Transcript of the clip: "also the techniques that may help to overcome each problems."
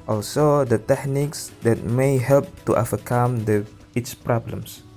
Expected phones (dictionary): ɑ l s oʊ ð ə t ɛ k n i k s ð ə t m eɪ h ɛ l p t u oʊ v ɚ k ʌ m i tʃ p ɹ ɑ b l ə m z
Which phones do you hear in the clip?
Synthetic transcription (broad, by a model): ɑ l s oʊ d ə t ɛ k n i k s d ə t m eɪ h ɛ l p t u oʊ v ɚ k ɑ m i s p ɹ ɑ b l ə m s